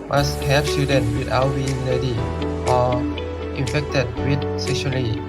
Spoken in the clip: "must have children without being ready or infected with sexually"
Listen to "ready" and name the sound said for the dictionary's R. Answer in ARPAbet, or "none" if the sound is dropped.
L